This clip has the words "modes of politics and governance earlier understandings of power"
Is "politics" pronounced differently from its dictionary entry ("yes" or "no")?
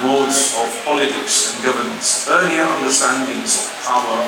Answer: no